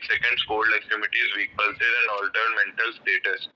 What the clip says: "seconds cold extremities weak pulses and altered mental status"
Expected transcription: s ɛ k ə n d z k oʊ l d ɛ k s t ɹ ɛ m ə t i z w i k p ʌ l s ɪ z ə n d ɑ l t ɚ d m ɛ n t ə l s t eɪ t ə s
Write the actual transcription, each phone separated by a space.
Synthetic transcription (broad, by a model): s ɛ k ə n d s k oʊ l d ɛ k t ɪ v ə t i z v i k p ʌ l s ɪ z ə n d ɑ l t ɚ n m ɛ n t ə l s t eɪ t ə s